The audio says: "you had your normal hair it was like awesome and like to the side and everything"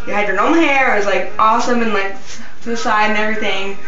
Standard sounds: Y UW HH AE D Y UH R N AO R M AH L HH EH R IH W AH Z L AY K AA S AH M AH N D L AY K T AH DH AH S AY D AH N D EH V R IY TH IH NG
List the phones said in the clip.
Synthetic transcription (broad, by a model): Y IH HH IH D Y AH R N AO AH N HH EH R IH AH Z L AY K AA S AH M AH N L AY K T DH AH S AY D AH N EH V R IY TH IH NG